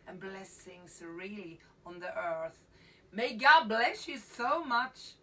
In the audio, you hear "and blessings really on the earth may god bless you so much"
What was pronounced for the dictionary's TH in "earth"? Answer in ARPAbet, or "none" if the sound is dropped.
TH